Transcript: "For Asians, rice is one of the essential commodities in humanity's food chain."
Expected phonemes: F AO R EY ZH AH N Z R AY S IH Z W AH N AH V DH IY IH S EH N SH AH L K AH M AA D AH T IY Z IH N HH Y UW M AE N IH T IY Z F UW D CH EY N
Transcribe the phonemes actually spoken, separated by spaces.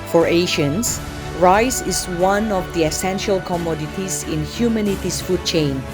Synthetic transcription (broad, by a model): F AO R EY SH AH N S R AY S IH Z W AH N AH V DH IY IH S EH N SH AH L K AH M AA D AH T IY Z IH N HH Y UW M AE N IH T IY S F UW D CH EY N